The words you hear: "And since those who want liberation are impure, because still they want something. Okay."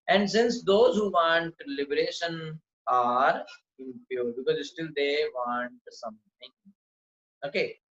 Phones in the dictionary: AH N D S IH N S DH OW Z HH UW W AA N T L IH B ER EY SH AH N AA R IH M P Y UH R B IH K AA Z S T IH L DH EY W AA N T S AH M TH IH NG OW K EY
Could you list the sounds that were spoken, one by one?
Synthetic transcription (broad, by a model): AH N D S IH N S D OW Z HH UW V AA N T L IH B ER EY SH AH N AA R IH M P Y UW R B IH K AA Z S T IH L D EY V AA N T S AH M T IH NG OW K EY